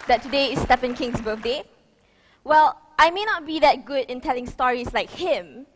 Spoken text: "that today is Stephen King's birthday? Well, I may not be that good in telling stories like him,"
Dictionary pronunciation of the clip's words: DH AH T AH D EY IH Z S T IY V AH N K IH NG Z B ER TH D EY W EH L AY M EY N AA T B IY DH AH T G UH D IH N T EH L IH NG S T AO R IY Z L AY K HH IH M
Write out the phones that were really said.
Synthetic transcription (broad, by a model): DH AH T AH D EY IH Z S T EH F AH N K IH NG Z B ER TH D EY W EH L AY M EY N AA T B IY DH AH T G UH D IH N T EH L IH NG S T AO R IY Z L AY K HH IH M